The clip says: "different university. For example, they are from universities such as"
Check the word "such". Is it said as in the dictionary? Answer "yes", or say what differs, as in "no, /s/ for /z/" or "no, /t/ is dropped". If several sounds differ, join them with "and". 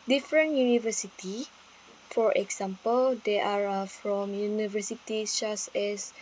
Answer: no, /s/ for /tʃ/